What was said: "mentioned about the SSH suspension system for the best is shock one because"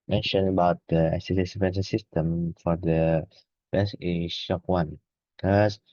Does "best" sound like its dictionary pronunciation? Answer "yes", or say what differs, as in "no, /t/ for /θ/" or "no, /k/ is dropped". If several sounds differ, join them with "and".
no, /t/ is dropped